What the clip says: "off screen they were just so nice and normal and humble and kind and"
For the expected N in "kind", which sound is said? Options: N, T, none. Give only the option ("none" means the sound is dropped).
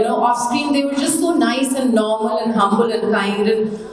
none